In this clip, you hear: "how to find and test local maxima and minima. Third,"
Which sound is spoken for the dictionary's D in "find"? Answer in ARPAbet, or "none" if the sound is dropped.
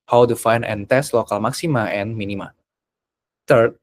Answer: none